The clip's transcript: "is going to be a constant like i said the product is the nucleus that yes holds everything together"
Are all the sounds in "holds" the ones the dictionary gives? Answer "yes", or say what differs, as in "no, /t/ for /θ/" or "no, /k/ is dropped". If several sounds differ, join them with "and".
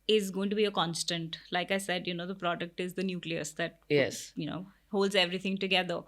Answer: yes